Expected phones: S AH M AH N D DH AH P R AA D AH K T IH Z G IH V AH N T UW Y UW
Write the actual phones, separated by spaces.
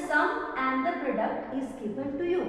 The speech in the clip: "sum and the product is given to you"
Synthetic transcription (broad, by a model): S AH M AH N D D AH P R AA D AH K T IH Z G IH P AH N T UW Y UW